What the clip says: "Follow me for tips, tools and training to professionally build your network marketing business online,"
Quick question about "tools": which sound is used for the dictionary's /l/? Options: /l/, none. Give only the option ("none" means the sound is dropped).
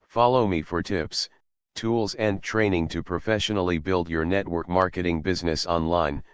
/l/